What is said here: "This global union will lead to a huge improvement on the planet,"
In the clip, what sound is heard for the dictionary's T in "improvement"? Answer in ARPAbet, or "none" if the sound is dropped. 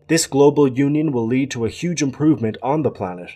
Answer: T